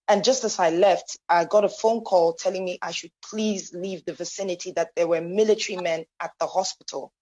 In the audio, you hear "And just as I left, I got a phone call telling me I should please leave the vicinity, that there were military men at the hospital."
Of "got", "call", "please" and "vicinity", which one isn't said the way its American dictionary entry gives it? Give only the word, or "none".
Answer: none